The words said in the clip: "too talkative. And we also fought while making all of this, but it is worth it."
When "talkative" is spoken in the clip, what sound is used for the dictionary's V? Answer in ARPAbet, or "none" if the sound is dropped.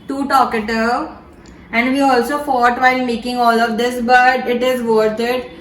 none